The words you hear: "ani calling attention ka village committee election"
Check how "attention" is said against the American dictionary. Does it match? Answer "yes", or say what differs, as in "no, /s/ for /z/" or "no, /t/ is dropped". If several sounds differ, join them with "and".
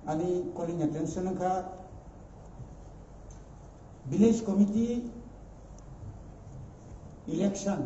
no, /s/ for /ʃ/